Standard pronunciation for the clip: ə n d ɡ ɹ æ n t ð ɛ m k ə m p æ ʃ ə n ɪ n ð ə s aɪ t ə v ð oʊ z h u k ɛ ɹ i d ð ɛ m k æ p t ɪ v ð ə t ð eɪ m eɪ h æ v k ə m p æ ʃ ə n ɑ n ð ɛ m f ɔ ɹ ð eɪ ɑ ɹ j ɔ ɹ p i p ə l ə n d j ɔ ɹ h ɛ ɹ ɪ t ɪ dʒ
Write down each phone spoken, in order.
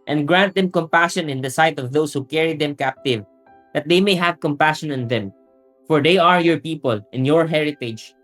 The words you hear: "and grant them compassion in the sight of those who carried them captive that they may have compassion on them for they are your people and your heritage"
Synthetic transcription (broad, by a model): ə n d ɡ ɹ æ n t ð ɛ m k ə m p æ ʃ ə n ɪ n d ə s aɪ t ə v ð oʊ s h u k ɛ ɹ i d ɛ m k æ p t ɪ v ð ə t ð eɪ m eɪ h æ v k ə m p æ ʃ ə n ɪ n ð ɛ m f ɔ ɹ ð eɪ ɑ ɹ j ɔ ɹ p i p ə l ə n j ɔ ɹ h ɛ ɹ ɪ t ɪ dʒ